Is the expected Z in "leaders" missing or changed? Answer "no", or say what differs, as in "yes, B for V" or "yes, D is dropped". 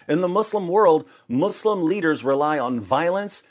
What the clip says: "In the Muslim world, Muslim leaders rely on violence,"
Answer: no